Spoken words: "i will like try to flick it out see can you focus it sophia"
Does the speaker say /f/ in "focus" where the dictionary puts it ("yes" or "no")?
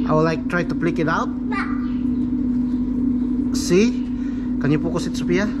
no